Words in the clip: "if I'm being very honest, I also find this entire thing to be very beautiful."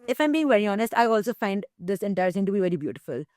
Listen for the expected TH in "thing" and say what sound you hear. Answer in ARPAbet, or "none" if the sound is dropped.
S